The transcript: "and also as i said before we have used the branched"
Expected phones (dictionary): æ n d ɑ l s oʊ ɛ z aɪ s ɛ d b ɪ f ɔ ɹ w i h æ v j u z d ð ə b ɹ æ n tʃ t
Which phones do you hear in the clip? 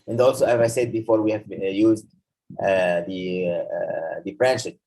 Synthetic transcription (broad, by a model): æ n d ɑ l s oʊ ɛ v aɪ s ɛ d b ɪ f ɔ ɹ w i h æ v j u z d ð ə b ɹ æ n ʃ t